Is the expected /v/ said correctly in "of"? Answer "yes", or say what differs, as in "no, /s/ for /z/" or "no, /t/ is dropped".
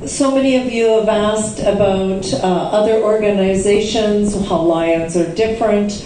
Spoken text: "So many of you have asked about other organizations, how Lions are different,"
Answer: yes